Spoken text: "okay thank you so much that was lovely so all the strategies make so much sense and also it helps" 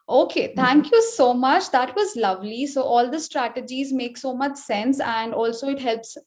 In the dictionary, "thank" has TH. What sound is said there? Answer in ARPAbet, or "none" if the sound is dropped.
T